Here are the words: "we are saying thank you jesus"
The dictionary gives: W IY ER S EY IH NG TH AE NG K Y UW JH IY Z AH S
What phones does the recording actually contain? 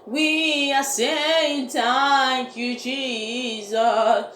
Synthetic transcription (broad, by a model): W IY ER S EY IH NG T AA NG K Y UW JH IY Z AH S